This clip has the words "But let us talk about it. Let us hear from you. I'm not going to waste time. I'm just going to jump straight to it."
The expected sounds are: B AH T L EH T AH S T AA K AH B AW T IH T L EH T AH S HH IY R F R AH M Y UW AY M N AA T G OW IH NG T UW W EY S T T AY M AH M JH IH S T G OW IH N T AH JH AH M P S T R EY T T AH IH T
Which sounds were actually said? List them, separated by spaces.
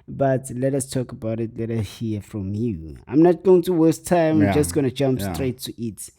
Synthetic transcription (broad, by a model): B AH T L EH T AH S T AA K AH B AW T IH T L EH T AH S HH IY F R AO M Y UW AY M N AA T G OW IH NG T UW W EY S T T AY AH M JH IH S T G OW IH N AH JH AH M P S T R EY T T AH T